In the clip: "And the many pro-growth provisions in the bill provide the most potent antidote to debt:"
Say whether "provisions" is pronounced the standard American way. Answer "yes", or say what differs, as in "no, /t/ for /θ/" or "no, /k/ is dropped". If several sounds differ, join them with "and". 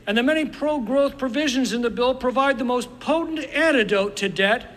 yes